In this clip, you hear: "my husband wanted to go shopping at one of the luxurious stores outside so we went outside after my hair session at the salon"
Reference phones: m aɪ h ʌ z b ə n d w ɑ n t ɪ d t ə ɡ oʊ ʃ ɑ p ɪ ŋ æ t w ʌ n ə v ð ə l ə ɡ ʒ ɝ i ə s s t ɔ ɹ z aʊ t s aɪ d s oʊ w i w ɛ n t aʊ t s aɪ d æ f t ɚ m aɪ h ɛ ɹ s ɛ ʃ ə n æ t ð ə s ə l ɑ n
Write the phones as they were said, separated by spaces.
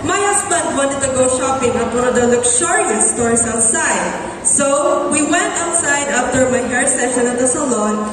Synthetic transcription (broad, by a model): m aɪ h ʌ s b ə n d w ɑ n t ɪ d t ə ɡ oʊ ʃ ɑ p ɪ ŋ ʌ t w ʌ n ə v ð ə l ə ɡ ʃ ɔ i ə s s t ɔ ɹ s aʊ t s aɪ d s oʊ w i w ɛ n t aʊ t s aɪ d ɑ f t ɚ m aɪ h ɛ ɹ s ɛ ʃ ə n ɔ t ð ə s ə l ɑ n